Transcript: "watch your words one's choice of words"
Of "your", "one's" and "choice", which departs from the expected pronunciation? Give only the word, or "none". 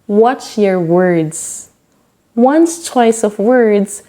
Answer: one's